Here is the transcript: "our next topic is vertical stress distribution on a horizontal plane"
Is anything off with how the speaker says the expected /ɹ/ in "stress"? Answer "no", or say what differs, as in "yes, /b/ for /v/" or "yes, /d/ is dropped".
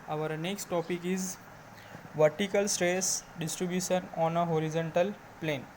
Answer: no